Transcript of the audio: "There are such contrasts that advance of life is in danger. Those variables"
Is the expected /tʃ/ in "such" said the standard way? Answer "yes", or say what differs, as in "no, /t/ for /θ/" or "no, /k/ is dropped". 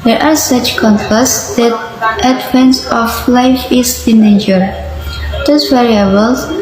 yes